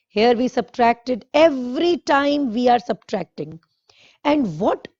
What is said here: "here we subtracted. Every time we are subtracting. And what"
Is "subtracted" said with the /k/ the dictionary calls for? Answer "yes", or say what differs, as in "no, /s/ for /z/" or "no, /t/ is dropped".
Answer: yes